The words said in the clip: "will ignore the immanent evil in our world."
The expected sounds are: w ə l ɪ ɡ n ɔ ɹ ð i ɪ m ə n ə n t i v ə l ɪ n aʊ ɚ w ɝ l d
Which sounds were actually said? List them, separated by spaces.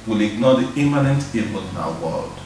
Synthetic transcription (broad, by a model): w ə l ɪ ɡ n ɔ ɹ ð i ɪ m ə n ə n t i p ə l ɪ n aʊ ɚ w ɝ l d